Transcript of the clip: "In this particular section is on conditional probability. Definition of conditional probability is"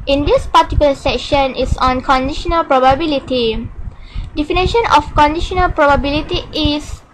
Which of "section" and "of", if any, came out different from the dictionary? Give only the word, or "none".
of